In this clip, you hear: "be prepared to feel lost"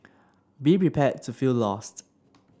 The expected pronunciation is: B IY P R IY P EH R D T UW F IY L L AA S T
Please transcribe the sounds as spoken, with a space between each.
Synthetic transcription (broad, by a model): B IY P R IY P EH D T UW F IY L L AA S T